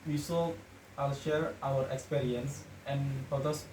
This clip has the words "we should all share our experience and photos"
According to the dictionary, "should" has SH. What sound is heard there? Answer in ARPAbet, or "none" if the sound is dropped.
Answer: S